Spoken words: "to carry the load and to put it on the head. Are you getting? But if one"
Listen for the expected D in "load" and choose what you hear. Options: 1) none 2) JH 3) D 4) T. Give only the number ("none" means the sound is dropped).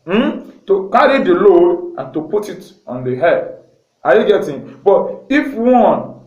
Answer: 1